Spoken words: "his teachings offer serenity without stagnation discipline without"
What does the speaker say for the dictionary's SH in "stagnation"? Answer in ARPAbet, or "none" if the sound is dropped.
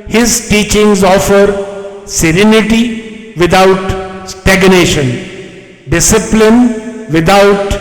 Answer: SH